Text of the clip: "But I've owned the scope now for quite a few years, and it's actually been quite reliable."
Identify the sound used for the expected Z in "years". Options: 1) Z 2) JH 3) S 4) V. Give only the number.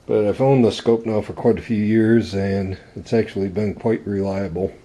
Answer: 1